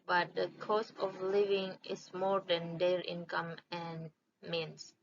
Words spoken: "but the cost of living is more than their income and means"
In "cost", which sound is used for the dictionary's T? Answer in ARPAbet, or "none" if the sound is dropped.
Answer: none